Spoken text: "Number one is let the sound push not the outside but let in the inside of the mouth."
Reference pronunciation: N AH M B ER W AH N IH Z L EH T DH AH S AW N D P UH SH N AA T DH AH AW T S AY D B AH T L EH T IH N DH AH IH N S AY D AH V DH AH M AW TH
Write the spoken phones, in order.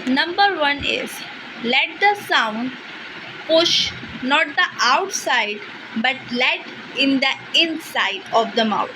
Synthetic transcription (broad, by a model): N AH M B ER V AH N IH Z L EH T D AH S AW N D P UH SH N AA T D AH AW T S AY D B AH T L EH T IH N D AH IH N S AY D AH V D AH M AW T